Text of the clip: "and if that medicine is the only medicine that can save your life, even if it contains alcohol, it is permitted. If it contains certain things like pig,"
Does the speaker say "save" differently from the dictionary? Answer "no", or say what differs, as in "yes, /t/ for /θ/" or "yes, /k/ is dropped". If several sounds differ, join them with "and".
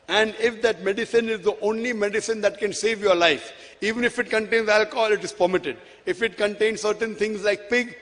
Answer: no